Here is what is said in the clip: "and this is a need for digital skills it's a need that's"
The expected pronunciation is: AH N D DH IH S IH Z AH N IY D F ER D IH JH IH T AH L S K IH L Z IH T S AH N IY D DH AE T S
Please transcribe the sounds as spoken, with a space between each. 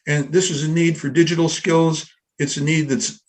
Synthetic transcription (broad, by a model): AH N DH IH S IH Z AH N IY D F ER D IH JH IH T L S K IH L Z IH T S AH N IY D DH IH T S